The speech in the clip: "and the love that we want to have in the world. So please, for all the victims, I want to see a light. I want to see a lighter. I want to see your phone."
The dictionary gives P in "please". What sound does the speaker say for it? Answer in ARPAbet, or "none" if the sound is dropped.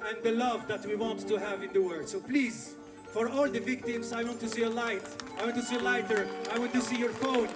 P